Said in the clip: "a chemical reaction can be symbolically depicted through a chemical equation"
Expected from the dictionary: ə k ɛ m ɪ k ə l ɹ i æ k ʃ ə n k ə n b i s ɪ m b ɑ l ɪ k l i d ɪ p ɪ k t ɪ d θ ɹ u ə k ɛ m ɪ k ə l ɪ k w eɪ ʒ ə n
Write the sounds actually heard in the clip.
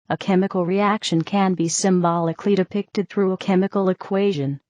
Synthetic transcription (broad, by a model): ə k ɛ m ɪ k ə l ɹ i æ k ʃ ə n k ə n b i s ɪ m b ɑ l ɪ k l i d ɪ p ɪ k t ɪ d θ ɹ u ə k ɛ m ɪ k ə l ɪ k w eɪ ʒ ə n